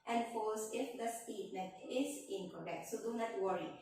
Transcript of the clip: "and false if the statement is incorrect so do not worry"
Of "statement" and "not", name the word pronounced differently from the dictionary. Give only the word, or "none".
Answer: statement